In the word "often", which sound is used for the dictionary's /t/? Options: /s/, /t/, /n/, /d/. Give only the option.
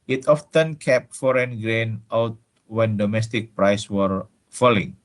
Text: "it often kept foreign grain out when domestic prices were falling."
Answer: /t/